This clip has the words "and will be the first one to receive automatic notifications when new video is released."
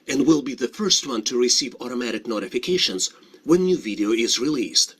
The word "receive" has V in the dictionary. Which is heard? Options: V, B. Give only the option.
V